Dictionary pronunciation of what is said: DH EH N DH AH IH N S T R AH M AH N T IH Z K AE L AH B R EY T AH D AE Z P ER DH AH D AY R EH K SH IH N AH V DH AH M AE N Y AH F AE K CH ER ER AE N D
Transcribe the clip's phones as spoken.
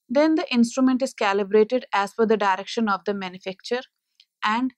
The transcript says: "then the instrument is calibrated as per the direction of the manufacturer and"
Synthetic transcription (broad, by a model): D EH N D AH IH N S T R AH M AH N T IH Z K AE L AH B R EY T AH D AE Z F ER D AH D AY R EH K SH IH N AH V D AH M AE N Y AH F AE K CH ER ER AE N D